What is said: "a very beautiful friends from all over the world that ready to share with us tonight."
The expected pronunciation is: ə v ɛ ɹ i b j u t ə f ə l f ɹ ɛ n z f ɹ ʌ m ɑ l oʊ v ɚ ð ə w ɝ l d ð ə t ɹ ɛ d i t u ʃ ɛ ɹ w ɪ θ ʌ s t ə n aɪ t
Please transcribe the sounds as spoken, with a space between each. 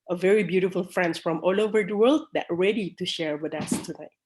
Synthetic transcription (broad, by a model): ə v ɛ ɹ i b j u t ə f ə l f ɹ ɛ n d f ɹ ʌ m ɑ l oʊ v ɚ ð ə w ɝ l d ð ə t ɹ ɛ d i t u ʃ ɛ ɹ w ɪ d ʌ s t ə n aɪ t